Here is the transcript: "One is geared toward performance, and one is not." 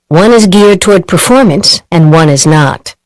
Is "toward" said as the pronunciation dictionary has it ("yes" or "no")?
yes